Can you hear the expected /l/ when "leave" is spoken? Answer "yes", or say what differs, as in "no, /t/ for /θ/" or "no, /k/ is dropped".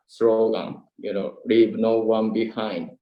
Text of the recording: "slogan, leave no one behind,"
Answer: no, /n/ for /l/